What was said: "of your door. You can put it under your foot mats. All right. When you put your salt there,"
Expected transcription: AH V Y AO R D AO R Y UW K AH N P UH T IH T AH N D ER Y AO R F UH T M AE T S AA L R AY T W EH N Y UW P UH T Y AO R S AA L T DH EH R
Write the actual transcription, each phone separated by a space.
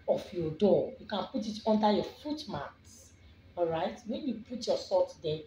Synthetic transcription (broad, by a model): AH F Y AO D AO Y UW K AH N P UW T IH T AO N D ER Y AO F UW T M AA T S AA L R AY T W EH N Y UW P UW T Y AO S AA T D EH